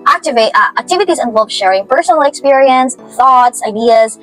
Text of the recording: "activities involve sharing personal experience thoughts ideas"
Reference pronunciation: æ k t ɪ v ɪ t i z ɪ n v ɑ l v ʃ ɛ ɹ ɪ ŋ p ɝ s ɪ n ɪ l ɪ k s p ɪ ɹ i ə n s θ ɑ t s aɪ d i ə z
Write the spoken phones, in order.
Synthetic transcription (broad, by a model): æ k t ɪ v ɪ t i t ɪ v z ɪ n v ʃ ɛ ɹ ɪ ŋ p ɝ s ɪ n l ɪ k s p ɪ ɹ i ə n s θ ɑ t s aɪ d i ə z